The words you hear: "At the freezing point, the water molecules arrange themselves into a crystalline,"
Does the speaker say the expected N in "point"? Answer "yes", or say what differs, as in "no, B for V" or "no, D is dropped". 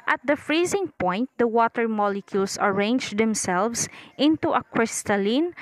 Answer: yes